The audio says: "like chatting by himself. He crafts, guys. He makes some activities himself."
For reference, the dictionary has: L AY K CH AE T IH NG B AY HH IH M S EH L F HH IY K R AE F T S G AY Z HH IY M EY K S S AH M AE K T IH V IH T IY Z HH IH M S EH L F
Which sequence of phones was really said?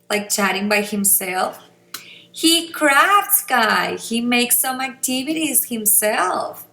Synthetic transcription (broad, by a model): L AY K CH AE T IH NG B AY HH IH M S EH L F HH IY K R AE F T S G AY HH IY M EY K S S AH M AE K T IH V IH T IY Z HH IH M S EH L F